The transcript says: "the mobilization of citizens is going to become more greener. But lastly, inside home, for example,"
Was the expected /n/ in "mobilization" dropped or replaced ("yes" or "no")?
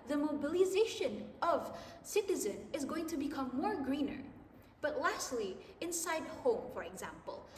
no